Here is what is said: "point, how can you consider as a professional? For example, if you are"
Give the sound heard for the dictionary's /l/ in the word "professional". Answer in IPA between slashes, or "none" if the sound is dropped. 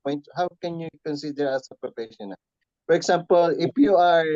/n/